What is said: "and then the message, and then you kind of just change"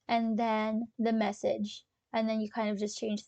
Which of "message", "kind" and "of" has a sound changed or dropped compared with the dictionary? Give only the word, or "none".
none